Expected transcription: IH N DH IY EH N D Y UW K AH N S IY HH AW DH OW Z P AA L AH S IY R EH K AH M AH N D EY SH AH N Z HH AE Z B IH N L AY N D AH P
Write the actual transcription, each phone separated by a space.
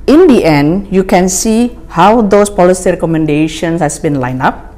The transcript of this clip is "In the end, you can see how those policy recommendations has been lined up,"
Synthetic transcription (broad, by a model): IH N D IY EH N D Y UW K AH N S IY HH AW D OW S P AA L AH S IY R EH K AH M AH N D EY SH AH N S HH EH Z B IH N L AY N AA P